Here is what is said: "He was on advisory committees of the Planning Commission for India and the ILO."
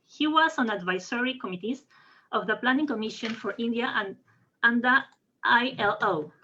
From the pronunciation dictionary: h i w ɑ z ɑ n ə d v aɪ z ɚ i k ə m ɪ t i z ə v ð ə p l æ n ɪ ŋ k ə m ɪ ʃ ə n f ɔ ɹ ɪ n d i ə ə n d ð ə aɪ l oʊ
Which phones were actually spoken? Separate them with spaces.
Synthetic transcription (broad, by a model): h i w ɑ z ɑ n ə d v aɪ s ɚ i k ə m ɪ t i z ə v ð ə p l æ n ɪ ŋ k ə m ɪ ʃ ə n f ɔ ɹ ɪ n d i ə ə n d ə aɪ l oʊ